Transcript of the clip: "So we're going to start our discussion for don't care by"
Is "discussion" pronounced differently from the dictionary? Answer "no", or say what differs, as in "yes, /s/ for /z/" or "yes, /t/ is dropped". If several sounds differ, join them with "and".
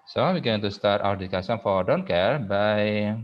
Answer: yes, /s/ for /ʃ/